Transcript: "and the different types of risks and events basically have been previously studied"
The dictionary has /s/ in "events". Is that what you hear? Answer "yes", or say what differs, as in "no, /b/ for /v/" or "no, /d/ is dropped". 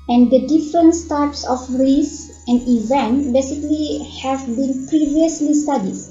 no, /s/ is dropped